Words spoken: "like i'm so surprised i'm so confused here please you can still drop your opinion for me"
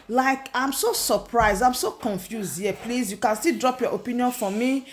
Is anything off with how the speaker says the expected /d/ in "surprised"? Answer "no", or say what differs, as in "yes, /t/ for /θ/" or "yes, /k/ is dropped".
no